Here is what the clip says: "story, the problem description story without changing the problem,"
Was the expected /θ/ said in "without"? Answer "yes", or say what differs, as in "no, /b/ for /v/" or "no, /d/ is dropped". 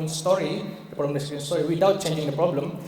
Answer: no, /t/ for /θ/